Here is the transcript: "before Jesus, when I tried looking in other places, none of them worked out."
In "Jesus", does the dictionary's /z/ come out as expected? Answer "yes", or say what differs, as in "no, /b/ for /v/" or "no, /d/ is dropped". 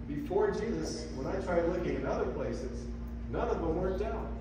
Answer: yes